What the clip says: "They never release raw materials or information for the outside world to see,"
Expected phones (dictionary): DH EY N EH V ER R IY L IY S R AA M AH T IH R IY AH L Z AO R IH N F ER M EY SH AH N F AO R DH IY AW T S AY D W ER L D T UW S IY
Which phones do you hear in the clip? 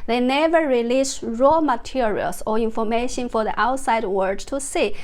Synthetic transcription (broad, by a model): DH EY N EH V ER R IY L IY S R AA M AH T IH R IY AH L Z AO R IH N F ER M EY SH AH N F AO R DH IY AW T S AY D W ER D T UW S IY